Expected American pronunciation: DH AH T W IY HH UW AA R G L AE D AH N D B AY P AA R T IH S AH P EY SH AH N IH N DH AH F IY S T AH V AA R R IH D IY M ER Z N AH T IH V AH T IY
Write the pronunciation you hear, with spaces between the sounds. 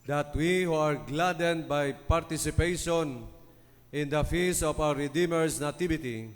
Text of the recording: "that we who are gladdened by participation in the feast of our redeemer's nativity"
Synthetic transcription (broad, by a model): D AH T W IY HH UW AA R G L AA D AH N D B AY P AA R T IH S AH P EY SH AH N IH N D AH F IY S AH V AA W R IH D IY M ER S N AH T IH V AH T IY